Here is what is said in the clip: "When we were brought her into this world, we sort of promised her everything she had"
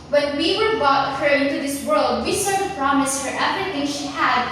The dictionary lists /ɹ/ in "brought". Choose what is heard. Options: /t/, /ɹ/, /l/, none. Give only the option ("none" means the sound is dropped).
none